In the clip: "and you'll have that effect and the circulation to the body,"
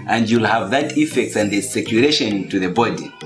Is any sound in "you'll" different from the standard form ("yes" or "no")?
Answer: no